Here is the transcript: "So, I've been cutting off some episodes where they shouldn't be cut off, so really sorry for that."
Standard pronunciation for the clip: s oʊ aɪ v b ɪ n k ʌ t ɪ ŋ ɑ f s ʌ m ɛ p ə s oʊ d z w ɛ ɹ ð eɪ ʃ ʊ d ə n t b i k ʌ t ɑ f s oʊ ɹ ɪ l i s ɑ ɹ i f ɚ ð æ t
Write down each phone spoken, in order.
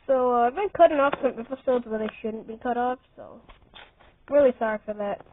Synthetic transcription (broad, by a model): s oʊ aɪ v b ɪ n k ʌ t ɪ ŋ ɑ f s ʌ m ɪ f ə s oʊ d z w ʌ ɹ ð eɪ ʃ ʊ d n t b i k ʌ t ɑ f s oʊ ɹ ɪ l i s ɑ ɹ i f ɚ ð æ t